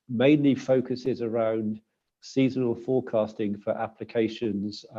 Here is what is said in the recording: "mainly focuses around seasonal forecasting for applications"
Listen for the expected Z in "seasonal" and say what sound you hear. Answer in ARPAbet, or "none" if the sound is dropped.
Z